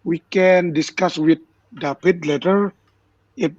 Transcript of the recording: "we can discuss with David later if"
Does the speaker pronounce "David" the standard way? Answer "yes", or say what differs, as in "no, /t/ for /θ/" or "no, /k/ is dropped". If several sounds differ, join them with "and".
no, /p/ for /v/